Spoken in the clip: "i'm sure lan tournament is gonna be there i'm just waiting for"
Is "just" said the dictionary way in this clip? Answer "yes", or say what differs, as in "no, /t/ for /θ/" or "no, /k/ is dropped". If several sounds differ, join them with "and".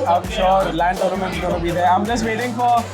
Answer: yes